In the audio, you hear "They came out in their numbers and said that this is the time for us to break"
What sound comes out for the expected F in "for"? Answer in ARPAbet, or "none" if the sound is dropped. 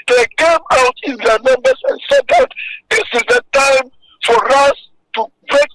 F